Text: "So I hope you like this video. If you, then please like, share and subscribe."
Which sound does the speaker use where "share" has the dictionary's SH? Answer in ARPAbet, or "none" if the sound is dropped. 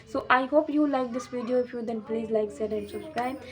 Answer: S